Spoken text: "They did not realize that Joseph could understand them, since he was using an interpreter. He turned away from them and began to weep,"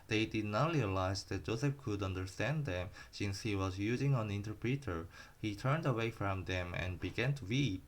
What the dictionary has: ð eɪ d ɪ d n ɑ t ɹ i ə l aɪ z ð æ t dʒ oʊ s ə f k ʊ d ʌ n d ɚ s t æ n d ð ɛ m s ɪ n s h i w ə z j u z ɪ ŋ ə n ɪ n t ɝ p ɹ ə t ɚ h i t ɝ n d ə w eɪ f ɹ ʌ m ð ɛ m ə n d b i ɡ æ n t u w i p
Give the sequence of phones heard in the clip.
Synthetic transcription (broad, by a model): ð eɪ d ɪ d n ɑ t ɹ i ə l aɪ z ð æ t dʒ oʊ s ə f k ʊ d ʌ n d ɚ s t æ n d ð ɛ m s ɪ n s h i w ə z j u z ɪ ŋ ə n ɪ n t ɝ p ɹ ə t ɚ h i t ɝ n d ə w eɪ f ɹ ʌ m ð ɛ m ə n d b i ɡ æ n t u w i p